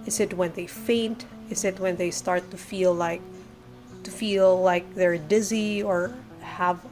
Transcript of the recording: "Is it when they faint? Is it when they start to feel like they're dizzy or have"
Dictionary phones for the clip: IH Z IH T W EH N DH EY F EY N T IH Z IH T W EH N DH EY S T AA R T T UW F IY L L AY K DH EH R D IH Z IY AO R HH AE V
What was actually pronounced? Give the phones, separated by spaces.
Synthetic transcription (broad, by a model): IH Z IH T W EH N DH EY F EY N T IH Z IH T W EH N DH EY S T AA R T T UW F IY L L AY K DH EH R D IH Z IY AO R HH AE V